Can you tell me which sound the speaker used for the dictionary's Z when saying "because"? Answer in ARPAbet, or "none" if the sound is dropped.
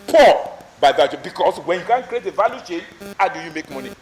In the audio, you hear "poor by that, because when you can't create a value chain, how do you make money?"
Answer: S